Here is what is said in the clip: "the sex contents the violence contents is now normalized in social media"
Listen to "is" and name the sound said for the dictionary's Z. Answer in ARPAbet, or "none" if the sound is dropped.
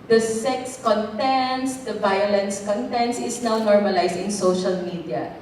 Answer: S